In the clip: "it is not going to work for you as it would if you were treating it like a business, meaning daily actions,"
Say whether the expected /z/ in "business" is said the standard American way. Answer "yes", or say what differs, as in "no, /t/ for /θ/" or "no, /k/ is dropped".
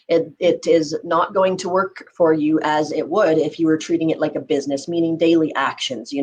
yes